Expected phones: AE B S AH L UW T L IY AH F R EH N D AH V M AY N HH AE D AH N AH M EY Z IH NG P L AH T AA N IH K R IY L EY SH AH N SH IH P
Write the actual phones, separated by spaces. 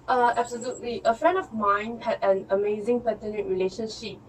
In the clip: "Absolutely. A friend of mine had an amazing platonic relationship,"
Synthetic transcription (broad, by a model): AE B S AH L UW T L IY AH F R EH N D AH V M AY N HH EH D AH N AH M EY Z IH NG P AH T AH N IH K R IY L EY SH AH N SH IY P